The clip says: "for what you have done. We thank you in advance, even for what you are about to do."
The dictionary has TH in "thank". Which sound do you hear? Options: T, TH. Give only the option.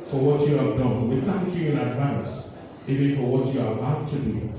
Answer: TH